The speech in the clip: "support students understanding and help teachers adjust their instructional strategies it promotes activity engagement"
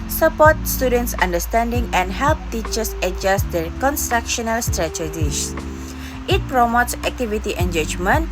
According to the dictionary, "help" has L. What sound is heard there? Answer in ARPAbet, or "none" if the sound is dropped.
L